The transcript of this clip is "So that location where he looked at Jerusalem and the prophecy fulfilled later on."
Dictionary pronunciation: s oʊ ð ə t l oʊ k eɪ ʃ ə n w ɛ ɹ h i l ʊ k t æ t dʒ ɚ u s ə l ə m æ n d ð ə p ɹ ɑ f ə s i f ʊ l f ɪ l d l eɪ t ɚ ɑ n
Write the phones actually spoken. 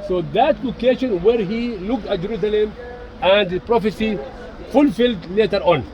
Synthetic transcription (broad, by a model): s oʊ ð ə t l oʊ k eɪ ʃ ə n w ɛ ɹ h i l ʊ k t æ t dʒ ɚ u s ə l ə m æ n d p ɹ ɑ f ə s i f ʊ l f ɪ l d l eɪ t ɚ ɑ n